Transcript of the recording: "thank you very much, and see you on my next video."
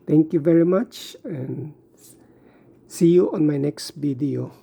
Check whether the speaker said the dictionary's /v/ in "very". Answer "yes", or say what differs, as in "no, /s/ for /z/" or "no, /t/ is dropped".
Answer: yes